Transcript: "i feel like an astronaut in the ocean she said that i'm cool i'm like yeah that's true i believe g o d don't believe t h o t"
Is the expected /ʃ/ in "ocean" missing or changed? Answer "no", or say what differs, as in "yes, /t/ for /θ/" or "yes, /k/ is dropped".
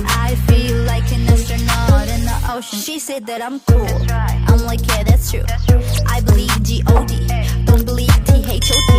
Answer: yes, /ʃ/ is dropped